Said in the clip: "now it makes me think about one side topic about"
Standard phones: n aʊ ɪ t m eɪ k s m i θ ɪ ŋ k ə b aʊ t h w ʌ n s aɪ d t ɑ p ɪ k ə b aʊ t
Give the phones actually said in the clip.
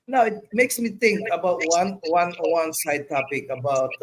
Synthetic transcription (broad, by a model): n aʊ ɪ t m eɪ k s m i t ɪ ŋ k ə b aʊ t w w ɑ n s aɪ d t ɑ p ɪ k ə b aʊ t